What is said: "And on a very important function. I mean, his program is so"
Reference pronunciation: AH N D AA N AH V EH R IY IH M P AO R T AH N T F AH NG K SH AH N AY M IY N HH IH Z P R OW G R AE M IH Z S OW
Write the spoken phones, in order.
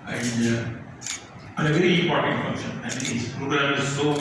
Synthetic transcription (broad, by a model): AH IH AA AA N AH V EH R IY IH P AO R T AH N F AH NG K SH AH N AY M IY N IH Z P R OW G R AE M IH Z S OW